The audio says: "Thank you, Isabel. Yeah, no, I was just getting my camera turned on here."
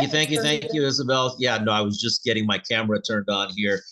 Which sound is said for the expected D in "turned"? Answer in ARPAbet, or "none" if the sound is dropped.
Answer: D